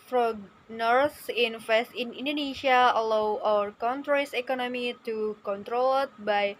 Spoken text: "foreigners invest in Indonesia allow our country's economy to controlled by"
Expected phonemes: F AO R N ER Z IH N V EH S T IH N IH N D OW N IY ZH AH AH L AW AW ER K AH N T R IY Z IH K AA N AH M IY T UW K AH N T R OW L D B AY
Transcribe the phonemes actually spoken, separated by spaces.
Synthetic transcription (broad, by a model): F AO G N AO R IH N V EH S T IH N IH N D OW N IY SH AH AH L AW AW ER K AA N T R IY S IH K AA N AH M IY T UW K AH N T R OW L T B AY